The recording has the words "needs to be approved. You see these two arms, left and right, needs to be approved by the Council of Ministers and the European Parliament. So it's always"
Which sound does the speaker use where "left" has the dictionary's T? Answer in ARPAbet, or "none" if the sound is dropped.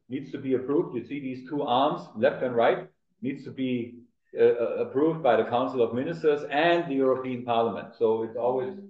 T